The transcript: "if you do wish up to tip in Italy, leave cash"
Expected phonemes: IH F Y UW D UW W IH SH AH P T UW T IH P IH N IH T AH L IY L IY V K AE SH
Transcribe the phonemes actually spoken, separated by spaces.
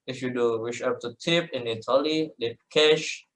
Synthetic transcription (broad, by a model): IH F Y UW D UW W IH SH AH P T UW T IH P IH N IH T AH L IY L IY P K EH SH